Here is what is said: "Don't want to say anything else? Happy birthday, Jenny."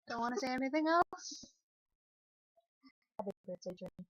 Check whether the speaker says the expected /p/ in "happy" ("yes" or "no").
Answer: no